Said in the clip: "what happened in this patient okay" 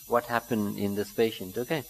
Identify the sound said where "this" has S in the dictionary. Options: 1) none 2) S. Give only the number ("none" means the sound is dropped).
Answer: 2